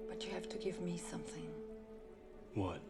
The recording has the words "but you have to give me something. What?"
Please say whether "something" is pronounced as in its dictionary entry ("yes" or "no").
yes